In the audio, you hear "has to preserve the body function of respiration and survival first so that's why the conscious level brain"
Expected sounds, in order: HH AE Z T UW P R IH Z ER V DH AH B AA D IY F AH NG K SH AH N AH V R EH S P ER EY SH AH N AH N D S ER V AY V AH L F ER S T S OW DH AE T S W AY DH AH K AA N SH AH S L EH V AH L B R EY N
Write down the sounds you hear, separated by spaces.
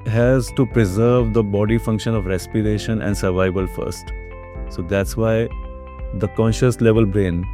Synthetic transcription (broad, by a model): HH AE Z T UW P R IH Z ER V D AH B AA D IY F AH NG K SH AH N AH V R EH S P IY EY SH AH N AH N D S ER V AY V AH L F ER S T S OW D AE T S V AY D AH K AA N SH AH S L EH V AH L B R EY N